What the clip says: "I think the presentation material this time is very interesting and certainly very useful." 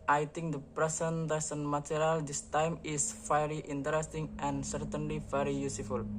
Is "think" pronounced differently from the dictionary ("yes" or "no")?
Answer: yes